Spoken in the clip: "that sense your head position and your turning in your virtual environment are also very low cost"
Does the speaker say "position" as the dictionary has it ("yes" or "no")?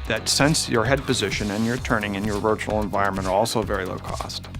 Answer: yes